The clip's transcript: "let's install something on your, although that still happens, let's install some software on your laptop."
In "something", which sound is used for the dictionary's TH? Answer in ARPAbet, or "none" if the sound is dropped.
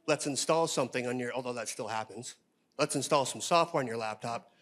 TH